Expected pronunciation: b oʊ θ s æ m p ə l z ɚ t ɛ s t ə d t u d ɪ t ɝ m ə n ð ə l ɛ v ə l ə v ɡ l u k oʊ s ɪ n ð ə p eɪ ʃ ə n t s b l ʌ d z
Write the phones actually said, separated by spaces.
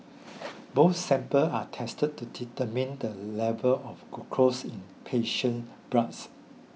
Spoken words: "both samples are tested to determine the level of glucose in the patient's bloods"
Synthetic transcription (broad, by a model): b oʊ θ s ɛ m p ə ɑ t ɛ s t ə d t u d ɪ t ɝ m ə n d ə l ɛ v ə l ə f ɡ u k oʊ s ɪ n p eɪ ʃ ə n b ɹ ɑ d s